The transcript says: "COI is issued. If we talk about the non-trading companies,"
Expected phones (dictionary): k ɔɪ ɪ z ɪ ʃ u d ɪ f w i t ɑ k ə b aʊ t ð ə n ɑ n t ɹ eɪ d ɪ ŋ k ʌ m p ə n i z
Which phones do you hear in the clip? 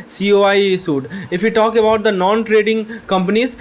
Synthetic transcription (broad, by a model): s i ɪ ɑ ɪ s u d ɪ f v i t ɑ k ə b aʊ t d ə n ɑ n t ɹ eɪ d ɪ ŋ k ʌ m p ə n i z